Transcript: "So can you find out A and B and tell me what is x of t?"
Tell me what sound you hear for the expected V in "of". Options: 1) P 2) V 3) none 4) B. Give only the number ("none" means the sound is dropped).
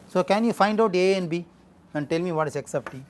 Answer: 1